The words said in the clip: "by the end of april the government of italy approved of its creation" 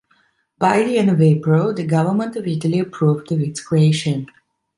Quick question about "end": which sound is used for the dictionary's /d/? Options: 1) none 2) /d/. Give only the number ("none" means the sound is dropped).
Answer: 1